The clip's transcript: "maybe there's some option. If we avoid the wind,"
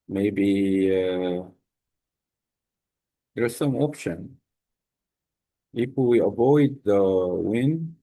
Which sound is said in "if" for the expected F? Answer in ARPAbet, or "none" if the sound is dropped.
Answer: P